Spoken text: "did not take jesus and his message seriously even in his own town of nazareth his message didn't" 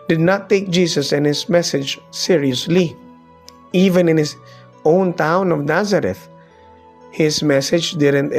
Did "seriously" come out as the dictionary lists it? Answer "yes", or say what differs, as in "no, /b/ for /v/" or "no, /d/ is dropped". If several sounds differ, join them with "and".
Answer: yes